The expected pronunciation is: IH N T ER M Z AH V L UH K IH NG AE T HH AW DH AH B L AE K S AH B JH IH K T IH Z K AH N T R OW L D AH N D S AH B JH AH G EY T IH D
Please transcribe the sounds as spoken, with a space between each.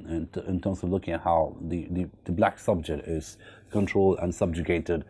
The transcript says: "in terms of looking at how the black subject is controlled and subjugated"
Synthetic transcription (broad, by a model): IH N T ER M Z AH V L UH K IH NG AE T HH AW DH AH B L AE K S AH B JH IH K T IH Z K AH N T R OW L D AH N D S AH B JH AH G EY T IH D